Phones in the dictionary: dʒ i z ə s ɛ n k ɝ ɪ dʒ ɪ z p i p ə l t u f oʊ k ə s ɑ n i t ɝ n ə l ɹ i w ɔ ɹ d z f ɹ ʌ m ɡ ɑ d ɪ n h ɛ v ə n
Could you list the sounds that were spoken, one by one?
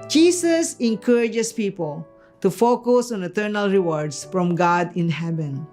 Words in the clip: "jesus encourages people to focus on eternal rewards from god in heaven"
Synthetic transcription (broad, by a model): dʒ i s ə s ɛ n k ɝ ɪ dʒ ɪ s p i p ə l t u f oʊ k ə s ɑ n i t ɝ n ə l ɹ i w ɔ ɹ d s f ɹ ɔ m ɡ ɑ d ɪ n h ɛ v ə n